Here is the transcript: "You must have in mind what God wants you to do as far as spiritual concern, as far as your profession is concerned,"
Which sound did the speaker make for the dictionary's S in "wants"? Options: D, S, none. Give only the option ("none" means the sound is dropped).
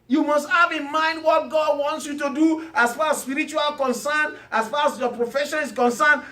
S